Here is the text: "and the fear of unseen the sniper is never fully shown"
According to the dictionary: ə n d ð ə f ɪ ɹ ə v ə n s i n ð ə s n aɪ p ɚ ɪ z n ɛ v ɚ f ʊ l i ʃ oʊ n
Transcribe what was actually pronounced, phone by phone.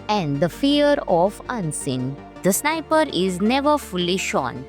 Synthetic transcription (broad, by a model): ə n d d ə f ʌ ɹ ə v ə n s i n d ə s n aɪ p ɚ ɪ z n ɛ v ɚ f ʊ l i ʃ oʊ n